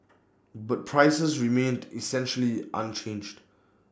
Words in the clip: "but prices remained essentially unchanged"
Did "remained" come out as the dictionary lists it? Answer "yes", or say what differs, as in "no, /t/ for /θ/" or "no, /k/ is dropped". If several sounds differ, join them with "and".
yes